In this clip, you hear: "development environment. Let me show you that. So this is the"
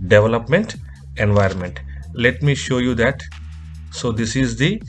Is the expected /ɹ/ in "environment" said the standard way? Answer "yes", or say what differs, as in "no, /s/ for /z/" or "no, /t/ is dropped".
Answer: yes